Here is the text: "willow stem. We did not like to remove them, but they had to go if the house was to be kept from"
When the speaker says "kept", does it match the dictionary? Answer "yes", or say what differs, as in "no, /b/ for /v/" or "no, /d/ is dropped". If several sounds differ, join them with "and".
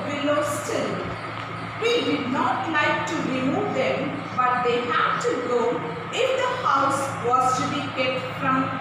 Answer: no, /p/ is dropped